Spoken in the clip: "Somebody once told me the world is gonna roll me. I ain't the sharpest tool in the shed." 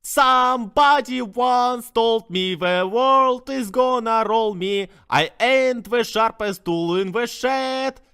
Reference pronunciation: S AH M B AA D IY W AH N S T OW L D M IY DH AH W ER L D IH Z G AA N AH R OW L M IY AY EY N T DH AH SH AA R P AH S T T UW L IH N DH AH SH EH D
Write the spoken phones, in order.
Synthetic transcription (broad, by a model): S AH M B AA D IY W AH N S T OW L D M IY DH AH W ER L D IH Z G AA N AH R OW L M IY AY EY N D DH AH SH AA R P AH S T T UW L IH N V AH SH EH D